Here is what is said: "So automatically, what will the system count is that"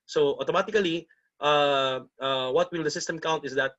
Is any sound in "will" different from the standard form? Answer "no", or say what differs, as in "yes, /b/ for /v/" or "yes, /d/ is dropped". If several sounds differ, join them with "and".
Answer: no